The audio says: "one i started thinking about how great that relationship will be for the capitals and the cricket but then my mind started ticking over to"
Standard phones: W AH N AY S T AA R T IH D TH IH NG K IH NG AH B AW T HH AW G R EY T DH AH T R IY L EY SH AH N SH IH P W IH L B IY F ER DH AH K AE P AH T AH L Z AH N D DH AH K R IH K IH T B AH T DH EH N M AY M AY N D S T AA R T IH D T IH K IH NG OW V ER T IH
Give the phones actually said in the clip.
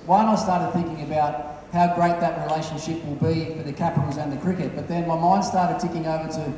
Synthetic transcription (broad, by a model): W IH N AY S T AA R T IH D TH IH NG K IH NG AH B AW T HH AW G R EY T DH AH T R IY L EY SH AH N SH IH P W IH L B IY F ER DH AH K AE P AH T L Z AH N DH AH K R IH K IH T B AH T DH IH N M AY M AY N D S T AA R T IH D T IH K IH NG OW V ER T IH